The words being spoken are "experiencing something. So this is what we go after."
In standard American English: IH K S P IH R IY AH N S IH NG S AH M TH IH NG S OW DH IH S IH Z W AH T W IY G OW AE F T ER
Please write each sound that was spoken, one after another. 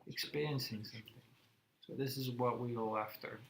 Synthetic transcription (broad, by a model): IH K S P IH R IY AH N S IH NG S AH M TH IH NG S OW DH IH S IH Z W AH T W IY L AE F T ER